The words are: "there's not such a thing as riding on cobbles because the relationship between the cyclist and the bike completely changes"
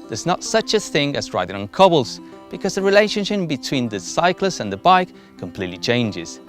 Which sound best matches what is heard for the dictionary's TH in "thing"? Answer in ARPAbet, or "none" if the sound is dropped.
TH